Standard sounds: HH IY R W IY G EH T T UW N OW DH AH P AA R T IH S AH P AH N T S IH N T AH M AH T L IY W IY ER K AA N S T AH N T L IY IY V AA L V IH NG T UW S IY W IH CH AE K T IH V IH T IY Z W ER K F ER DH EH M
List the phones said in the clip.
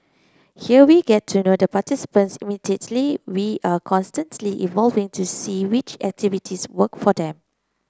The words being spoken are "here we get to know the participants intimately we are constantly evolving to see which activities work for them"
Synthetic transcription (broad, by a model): HH IY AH W IY G EH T T UW N OW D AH P AA T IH S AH P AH N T S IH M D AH AH T L IY W IY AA K AA N S T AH N T L IY IY V AA L V IH NG T UW S IY W IH CH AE K T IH V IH T IY S W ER K F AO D EH M